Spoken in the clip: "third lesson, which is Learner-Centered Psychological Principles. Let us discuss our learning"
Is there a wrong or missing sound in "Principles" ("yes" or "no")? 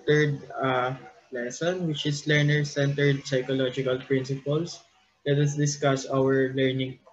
yes